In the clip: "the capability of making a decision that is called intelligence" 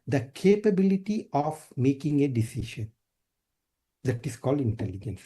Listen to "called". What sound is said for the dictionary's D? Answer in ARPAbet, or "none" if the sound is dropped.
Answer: D